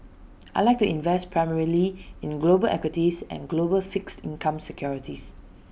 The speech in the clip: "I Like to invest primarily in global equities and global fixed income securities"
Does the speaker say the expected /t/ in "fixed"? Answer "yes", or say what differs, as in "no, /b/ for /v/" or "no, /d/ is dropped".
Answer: yes